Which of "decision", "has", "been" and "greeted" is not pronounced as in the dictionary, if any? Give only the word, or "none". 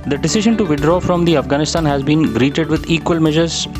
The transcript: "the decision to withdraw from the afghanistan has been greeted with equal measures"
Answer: none